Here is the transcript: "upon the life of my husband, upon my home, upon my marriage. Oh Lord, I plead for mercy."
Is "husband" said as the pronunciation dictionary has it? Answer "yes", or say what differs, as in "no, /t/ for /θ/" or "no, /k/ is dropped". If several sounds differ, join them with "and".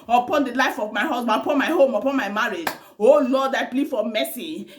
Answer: no, /s/ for /z/